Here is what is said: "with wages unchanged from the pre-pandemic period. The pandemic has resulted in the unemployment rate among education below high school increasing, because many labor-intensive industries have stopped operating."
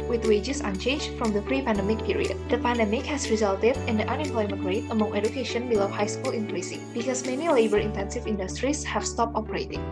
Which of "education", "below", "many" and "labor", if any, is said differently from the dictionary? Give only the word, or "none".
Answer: none